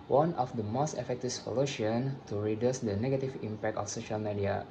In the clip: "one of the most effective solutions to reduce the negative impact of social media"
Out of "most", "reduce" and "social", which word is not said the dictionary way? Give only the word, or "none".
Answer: none